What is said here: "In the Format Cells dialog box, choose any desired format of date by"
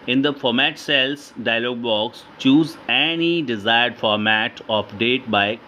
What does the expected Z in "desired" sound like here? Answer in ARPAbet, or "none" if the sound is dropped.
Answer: Z